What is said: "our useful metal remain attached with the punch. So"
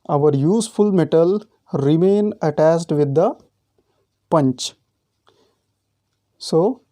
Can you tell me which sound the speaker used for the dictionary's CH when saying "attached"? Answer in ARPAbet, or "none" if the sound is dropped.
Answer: S